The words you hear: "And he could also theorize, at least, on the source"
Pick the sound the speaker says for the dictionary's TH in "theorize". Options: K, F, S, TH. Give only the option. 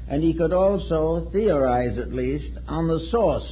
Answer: TH